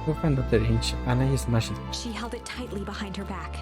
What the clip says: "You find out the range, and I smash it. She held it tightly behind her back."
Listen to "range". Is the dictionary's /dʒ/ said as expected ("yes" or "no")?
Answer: no